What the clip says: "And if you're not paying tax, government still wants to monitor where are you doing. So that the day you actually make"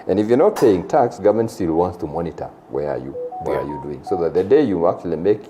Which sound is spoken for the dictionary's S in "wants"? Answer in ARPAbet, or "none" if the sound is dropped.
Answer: S